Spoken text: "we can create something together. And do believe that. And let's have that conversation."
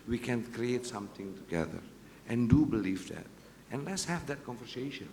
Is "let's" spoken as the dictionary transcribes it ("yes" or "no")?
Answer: yes